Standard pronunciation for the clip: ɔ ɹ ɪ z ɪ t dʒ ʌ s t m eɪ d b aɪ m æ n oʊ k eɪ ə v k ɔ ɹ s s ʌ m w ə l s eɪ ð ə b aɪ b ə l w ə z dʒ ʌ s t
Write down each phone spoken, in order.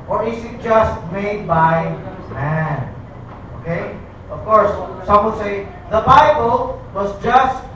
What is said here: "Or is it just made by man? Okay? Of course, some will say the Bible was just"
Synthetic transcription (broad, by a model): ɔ ɹ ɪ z ɪ t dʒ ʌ s t m eɪ d b aɪ m æ n oʊ k eɪ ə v k ɔ ɹ s s ʌ m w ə n s eɪ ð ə b aɪ b ə l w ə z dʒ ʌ s t